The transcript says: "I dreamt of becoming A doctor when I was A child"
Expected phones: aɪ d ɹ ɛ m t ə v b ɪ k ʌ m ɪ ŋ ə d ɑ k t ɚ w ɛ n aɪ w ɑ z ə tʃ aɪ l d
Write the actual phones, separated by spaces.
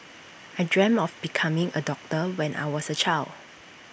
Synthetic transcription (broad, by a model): aɪ d ɹ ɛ m ə f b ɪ k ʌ m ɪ ŋ ə d ɑ k t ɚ w ɛ n aɪ w ɑ s ə tʃ aɪ l d